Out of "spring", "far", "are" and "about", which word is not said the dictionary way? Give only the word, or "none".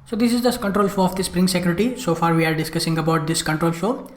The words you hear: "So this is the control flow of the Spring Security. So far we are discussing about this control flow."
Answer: none